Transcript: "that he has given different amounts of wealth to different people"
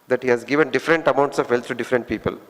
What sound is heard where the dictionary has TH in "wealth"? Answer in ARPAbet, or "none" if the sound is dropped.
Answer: T